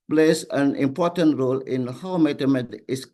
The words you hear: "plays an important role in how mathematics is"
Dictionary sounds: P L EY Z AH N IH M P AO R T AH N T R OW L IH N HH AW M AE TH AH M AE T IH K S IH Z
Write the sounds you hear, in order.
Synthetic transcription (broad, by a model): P L EY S AH N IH M P AO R T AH N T R OW L IH N HH AW M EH T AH M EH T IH S